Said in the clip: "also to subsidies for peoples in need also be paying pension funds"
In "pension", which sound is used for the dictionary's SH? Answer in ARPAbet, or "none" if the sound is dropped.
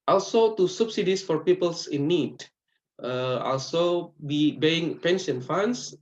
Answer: S